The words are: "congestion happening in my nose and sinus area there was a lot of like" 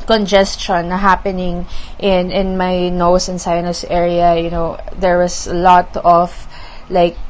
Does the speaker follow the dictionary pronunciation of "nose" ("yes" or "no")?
no